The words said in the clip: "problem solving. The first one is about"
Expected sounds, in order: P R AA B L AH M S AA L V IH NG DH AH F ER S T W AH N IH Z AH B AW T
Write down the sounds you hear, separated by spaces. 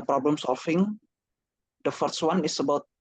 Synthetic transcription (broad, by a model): P R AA B L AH M S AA L F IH NG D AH F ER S W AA N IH S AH B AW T